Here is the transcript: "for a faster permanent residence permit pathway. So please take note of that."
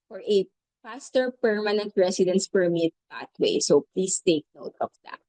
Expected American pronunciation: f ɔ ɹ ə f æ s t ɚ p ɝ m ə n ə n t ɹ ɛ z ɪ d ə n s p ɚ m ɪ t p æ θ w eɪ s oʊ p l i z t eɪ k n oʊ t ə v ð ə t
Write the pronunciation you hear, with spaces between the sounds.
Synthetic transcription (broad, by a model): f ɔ ɹ ə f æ s t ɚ p ɝ m ə n ə n t ɹ ɛ s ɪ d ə n s p ɚ m ɪ t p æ t w eɪ s oʊ p l i s t eɪ k n oʊ t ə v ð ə t